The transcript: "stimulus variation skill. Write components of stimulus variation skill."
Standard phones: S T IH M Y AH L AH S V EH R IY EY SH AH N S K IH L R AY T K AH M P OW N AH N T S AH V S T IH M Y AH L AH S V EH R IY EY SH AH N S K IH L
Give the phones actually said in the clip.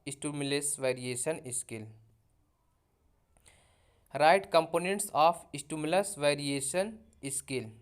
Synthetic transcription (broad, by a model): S T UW M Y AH L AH S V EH R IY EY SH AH N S K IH L R AY T K AH M P OW N AH N T S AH P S T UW M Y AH L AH S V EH R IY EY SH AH N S K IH L